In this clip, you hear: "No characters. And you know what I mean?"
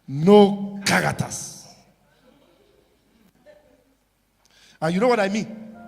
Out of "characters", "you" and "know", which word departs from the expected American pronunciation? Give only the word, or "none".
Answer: characters